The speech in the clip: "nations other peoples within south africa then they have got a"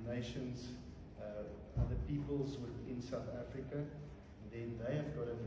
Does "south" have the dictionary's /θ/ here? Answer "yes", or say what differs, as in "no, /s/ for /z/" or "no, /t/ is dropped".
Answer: yes